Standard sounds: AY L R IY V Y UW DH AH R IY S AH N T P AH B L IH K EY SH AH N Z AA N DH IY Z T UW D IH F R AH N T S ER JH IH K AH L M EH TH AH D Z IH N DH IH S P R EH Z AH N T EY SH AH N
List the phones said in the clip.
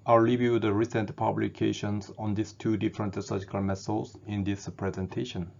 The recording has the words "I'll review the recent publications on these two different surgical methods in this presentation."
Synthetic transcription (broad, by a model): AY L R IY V Y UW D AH R IY S AH N T P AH B L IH K EY SH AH N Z AA N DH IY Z T UW D IH F R AH N T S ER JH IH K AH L M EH S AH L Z IH N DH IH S P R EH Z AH N T EY SH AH N